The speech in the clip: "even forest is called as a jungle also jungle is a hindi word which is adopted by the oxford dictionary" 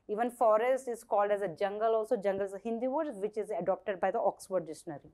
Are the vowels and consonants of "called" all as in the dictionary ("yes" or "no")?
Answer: yes